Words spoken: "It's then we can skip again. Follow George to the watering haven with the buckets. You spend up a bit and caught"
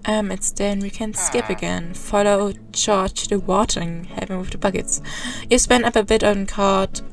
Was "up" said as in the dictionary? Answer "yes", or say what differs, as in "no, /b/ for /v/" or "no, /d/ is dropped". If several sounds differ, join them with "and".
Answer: yes